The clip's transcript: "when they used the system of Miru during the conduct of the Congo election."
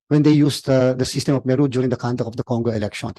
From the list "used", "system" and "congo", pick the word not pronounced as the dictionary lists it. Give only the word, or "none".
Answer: used